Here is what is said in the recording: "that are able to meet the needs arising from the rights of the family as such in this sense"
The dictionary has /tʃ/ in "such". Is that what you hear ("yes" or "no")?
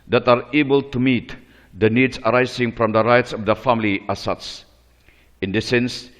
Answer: no